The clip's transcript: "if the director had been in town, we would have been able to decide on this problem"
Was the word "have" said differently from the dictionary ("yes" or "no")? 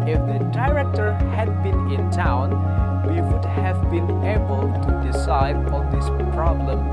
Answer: no